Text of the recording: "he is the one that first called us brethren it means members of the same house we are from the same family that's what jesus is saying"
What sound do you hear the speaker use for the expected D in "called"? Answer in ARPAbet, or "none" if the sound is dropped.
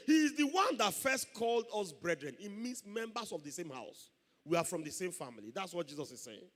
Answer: D